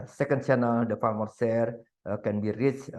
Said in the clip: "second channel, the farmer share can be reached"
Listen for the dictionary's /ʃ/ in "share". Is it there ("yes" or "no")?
no